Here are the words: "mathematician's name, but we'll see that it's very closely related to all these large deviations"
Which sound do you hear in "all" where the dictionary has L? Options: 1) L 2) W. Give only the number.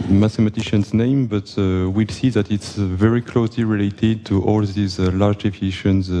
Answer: 1